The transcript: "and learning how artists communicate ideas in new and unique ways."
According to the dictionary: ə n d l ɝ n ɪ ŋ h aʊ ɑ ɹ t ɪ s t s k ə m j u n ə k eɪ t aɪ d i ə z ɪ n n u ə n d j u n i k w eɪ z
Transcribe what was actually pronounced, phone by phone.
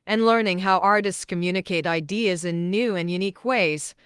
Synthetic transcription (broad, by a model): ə n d l ɝ n ɪ ŋ h aʊ ɑ ɹ t ɪ s t s k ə m j u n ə k eɪ t aɪ d i ə z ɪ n n u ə n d j u n i k w eɪ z